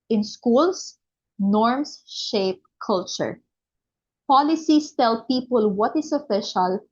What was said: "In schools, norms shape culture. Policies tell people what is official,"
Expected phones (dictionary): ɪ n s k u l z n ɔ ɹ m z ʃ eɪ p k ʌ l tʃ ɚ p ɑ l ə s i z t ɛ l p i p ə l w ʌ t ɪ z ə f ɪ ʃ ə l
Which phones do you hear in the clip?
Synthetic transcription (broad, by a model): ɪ n s k u l s n ɔ ɹ m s ʃ eɪ p k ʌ l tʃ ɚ p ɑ l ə s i s t ɛ l p i p ə l w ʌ t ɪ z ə f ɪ ʃ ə l